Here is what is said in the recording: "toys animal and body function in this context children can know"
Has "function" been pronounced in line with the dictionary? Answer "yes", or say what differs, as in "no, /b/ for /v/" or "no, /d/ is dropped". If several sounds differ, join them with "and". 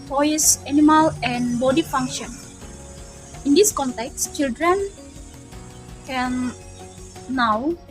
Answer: yes